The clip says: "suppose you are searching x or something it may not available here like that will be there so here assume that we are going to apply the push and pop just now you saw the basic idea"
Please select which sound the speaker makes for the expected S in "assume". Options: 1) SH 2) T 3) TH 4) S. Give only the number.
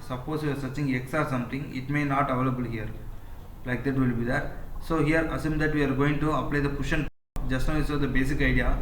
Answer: 4